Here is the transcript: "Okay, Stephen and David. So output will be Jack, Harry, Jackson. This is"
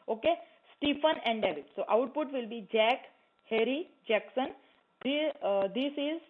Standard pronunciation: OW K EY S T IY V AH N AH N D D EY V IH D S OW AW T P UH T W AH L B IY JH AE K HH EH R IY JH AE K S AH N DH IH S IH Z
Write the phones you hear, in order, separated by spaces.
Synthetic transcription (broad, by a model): OW K EY S T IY F AH N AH N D D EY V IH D S OW AW T P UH T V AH L B IY JH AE K HH EH R IY JH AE K S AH N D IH S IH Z